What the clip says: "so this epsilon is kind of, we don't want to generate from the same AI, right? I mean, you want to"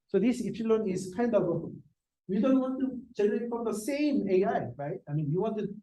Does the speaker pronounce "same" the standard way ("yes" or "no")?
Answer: yes